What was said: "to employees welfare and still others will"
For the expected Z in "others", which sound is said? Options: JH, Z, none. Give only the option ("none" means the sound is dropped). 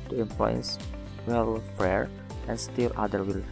none